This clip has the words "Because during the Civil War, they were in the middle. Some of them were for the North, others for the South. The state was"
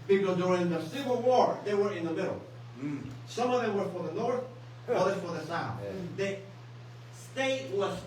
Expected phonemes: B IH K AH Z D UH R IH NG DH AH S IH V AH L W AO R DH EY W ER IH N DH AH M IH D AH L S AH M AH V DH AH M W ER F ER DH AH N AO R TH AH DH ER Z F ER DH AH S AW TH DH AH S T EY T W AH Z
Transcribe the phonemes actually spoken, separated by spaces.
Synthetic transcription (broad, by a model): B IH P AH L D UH R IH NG DH AH S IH V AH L W AO R DH EY W ER IH N DH AH M IH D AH L S AH M AH V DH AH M W ER F ER DH AH N AO R TH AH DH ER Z F ER DH AH S AW TH DH AH S T EY T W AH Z